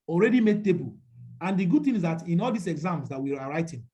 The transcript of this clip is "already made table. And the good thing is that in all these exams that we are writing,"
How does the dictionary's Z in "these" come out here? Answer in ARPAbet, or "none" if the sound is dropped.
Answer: S